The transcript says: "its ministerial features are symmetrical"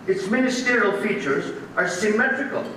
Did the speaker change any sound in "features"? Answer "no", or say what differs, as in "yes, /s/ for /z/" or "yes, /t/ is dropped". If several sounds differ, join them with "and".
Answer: no